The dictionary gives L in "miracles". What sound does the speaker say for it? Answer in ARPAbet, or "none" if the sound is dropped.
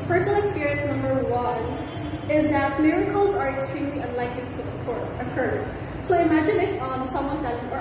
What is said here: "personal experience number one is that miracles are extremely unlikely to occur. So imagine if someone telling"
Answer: L